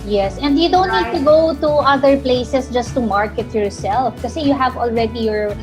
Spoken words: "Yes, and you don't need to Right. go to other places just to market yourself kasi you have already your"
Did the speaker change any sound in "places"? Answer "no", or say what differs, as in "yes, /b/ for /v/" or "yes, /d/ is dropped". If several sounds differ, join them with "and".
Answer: yes, /s/ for /z/